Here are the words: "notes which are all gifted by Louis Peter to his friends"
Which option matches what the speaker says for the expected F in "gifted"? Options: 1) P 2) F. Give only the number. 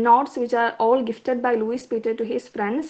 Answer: 2